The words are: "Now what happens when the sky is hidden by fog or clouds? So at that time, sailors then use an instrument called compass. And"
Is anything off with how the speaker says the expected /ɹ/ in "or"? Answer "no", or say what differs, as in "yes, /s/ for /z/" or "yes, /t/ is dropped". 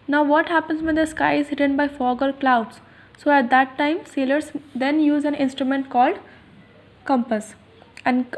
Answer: yes, /l/ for /ɹ/